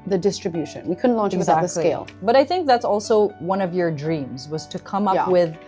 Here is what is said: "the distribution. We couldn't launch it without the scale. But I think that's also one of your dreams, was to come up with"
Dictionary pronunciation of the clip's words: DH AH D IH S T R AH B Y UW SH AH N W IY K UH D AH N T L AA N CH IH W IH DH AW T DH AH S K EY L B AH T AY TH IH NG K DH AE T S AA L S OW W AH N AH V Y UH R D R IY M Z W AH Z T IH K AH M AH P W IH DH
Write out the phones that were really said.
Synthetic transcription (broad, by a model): DH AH D IH S T R AH B Y UW SH AH N W IY K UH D N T L AA N CH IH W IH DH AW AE DH AH S EY L B AH T AY TH IH NG K DH AE T S AA L S OW W AH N AH V Y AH R D R IY M Z W AH Z T IH K AH M AH P W IH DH